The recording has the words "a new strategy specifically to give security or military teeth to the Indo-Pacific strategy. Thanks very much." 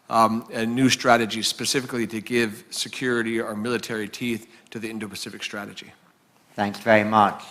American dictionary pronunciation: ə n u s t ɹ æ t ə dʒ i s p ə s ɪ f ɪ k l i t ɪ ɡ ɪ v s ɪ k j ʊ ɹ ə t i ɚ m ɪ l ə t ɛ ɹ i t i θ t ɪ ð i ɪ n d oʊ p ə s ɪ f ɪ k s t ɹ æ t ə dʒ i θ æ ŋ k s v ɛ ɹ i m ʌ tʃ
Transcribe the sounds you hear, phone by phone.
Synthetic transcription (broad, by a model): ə n u s t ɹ æ t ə dʒ i s p ə s ɪ f ɪ k l i t ɪ ɡ ɪ v s ɪ k j ʊ ɹ ə t i ɚ m ɪ l ə t ɛ ɹ i t i θ t ɪ ð i ɪ n d oʊ p ə s ɪ f ɪ k s t ɹ æ t ə dʒ i θ æ ŋ k s v ɛ ɹ i m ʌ tʃ